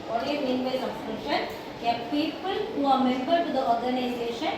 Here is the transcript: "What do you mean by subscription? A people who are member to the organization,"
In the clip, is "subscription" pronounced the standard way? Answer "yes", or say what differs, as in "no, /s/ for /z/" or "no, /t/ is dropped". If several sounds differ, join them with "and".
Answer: no, /p/ is dropped